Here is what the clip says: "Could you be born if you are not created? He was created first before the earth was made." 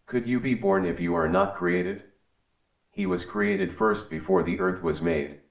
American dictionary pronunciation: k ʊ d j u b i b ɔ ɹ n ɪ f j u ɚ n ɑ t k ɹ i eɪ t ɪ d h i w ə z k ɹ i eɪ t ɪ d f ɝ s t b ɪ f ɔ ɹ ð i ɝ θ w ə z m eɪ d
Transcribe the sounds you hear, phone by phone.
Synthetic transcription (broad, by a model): k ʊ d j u b i b ɔ ɹ n ɪ f j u ɚ n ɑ t k ɹ i eɪ t ɪ d h i w ə z k ɹ i eɪ t ɪ d f ɝ s t b ɪ f ɔ ɹ ð i ɝ θ w ə z m eɪ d